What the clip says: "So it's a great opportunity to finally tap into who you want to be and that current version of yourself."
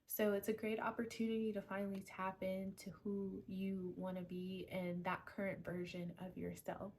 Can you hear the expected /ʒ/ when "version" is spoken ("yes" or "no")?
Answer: yes